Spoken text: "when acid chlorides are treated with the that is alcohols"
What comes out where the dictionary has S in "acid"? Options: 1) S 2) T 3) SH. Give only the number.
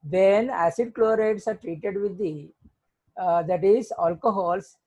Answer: 1